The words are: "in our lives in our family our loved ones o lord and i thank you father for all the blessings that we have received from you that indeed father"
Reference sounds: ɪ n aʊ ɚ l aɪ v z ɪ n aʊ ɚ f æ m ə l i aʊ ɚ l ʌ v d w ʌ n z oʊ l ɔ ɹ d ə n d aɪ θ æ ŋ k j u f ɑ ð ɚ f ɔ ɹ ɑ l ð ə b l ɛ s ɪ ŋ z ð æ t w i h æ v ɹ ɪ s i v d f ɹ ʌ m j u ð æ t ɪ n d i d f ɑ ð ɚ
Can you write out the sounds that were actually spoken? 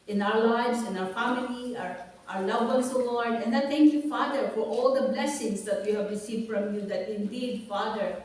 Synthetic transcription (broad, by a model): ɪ n aʊ ɚ l aɪ v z ɪ n aʊ ɚ f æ m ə l i aʊ ɚ l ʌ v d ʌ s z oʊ l ɔ ɹ d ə n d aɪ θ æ ŋ k j u f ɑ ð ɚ f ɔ ɹ ɑ l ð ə b l ɛ s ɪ ŋ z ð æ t w i h æ v ɹ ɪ s i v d f ɹ ʌ m j u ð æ t ɪ n d i d f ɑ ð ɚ